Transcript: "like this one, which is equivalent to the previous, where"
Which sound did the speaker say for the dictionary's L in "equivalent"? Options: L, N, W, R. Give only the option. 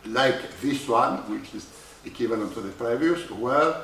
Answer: N